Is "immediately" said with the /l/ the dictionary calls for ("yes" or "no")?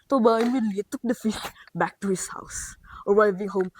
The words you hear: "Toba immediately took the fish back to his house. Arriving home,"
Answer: no